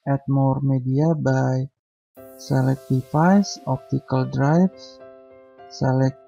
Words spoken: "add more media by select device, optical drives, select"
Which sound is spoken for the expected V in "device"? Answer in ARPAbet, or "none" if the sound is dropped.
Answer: F